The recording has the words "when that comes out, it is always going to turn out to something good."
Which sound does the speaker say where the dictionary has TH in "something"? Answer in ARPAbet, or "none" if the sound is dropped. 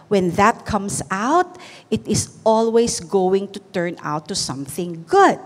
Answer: TH